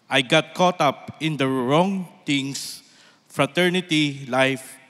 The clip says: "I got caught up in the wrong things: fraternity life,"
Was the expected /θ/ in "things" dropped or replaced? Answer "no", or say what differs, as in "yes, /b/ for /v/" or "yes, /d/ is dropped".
yes, /t/ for /θ/